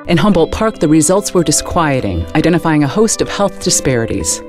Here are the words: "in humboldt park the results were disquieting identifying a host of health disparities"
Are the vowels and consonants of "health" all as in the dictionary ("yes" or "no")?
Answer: yes